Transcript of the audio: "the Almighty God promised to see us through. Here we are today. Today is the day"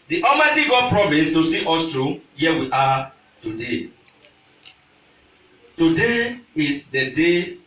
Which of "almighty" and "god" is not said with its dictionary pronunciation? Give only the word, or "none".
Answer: almighty